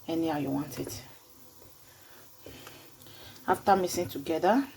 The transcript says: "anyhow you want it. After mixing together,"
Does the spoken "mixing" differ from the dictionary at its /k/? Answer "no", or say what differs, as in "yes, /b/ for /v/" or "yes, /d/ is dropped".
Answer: yes, /k/ is dropped